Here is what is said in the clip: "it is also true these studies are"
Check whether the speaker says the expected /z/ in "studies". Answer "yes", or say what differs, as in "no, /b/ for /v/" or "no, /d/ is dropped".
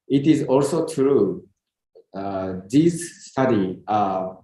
no, /z/ is dropped